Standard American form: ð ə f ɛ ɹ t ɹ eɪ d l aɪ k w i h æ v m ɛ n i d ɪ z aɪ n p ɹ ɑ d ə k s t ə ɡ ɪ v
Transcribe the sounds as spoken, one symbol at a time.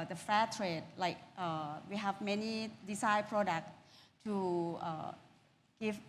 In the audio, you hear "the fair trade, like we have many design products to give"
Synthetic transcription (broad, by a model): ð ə f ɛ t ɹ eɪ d l aɪ k w i h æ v m ɛ n i d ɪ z aɪ p ɹ ɑ d ə k s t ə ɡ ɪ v